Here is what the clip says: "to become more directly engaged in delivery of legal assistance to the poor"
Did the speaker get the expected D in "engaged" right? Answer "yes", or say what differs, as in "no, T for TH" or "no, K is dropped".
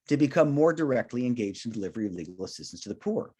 yes